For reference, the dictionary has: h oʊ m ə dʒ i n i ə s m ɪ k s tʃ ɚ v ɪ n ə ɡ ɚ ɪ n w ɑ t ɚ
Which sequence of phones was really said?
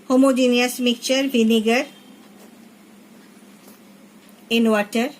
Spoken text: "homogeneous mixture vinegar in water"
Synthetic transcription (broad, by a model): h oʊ m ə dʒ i n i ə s m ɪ k tʃ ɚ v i n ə ɡ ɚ ɪ n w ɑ t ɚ